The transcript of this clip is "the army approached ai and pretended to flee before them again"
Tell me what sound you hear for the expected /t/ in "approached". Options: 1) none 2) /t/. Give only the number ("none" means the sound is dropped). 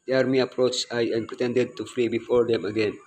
1